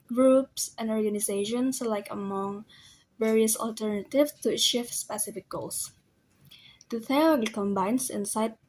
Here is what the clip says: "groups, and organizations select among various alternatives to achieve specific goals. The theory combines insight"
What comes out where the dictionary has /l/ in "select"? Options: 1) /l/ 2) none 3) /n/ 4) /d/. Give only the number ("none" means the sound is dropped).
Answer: 2